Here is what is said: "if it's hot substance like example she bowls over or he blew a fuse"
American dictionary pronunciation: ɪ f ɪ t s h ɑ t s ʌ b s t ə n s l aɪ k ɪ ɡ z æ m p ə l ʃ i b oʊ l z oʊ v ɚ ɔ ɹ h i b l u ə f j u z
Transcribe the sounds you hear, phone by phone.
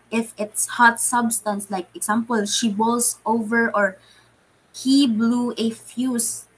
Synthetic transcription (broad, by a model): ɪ f ɪ t s h ɑ t s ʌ b s t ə n s l aɪ k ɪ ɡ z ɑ m p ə l ʃ i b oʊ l s oʊ v ɚ ɔ ɹ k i b l u ə f j u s